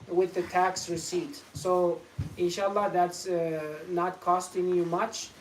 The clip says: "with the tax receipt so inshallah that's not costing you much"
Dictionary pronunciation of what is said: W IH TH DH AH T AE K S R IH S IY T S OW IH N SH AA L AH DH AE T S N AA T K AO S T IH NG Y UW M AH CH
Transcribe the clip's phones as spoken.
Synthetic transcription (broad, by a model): W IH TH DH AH T AE K S R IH S IY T S OW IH N SH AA L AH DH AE T S N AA T K AO S T IH NG Y UW M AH CH